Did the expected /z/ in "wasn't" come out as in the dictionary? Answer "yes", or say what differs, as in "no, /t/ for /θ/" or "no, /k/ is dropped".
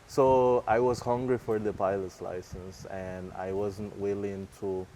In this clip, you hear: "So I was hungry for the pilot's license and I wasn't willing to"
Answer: yes